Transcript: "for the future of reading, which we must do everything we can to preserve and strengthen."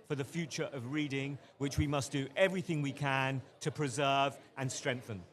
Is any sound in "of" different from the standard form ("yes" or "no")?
no